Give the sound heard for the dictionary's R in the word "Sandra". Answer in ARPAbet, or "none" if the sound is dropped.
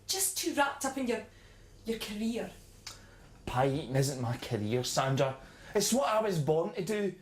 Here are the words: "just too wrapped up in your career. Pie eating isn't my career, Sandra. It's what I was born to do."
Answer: none